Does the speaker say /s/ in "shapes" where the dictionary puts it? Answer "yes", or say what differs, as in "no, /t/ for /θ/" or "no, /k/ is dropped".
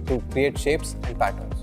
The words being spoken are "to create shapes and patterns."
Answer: yes